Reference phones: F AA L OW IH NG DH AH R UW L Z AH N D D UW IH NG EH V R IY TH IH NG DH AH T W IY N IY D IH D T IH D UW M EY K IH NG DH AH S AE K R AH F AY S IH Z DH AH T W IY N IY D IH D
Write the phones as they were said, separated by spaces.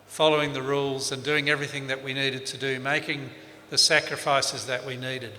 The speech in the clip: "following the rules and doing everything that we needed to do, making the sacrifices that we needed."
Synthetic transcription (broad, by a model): F AA L OW IH NG DH AH R UW L Z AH N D D UW IH NG EH V R IY TH IH NG DH AH T W IY N IY D IH D T IH D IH M EY K IH NG DH AH S AE K R AH F AY S IH Z DH AH T W IY N IY D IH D